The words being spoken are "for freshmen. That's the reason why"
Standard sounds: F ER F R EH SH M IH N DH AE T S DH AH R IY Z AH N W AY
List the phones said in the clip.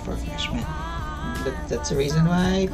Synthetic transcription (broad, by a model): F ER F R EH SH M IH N DH AE T S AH R IY Z AH N W AY